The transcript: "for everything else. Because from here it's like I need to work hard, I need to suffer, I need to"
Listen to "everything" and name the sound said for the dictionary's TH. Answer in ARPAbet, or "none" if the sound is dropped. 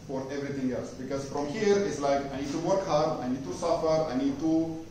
T